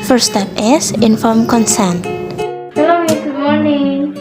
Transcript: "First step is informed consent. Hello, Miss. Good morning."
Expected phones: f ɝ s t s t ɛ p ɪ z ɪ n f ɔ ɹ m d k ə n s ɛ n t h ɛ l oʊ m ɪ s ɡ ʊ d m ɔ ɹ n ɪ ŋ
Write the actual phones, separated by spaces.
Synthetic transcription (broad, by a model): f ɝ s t s t ɛ p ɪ s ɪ n f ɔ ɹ m k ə n s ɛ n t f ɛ l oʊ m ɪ ɡ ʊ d m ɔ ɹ n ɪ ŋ